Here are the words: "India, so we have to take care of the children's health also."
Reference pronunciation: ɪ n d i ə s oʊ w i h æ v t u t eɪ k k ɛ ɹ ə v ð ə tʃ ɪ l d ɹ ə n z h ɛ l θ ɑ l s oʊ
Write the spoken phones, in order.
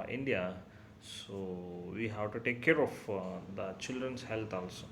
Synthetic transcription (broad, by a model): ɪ n d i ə s oʊ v i h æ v t u t eɪ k k ɛ ɹ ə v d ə tʃ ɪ l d ɹ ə n s h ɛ l t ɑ l s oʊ